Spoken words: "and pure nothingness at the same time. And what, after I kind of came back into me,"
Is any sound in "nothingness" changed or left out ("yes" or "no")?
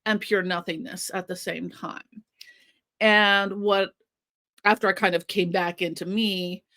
no